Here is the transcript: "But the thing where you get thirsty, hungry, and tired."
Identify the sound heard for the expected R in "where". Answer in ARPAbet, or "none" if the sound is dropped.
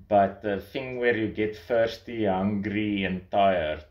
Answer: R